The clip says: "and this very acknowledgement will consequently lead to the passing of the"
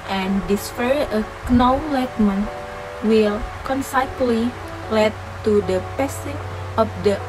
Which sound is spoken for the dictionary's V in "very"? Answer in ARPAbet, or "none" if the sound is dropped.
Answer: F